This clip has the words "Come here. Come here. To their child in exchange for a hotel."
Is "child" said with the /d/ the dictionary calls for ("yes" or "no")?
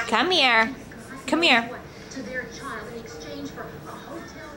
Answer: no